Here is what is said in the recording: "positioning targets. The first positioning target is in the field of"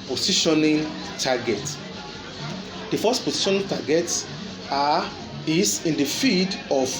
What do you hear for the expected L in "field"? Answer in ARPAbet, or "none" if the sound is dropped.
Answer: none